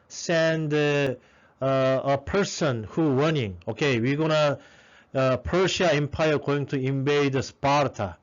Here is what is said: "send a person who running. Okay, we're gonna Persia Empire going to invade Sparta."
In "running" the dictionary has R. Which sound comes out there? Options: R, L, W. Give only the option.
W